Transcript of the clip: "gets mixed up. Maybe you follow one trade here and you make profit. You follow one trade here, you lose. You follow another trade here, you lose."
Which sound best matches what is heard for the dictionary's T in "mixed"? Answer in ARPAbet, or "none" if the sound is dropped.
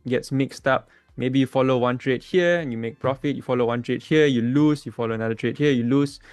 T